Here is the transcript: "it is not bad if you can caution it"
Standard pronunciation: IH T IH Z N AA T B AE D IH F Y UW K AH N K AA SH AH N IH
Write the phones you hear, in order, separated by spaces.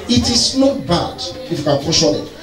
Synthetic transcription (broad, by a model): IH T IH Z N AA T B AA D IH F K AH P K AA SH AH L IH